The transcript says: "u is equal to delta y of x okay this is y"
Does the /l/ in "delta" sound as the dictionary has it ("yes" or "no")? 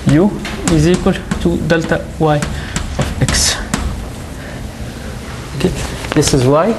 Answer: yes